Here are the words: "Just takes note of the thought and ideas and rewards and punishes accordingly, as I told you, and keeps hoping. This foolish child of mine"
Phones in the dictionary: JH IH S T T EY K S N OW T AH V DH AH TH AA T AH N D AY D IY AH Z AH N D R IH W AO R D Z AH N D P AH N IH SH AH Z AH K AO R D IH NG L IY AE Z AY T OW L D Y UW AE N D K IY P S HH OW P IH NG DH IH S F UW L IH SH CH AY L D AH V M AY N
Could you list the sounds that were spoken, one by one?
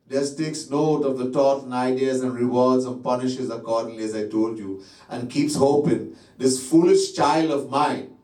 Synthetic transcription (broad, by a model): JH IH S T T EY K S N OW T AH V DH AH T AA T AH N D AY D IY AH Z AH N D R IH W AO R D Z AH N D P AH N IH SH AH Z AH K AO R D IH NG L IY AE Z AY T OW L D Y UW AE N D K IY P S HH OW P IH NG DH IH S F UW L IH SH CH AY L D AH V M AY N